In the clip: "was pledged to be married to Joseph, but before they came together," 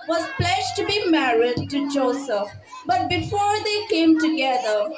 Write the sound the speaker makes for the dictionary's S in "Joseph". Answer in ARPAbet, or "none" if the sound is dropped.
S